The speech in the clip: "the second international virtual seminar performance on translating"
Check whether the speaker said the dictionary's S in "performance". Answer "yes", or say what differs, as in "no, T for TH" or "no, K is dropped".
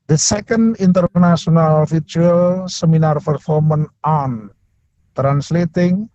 no, S is dropped